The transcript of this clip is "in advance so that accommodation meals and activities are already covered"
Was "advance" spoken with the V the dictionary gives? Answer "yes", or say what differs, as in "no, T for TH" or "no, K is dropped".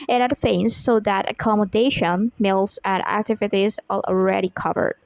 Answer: no, F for V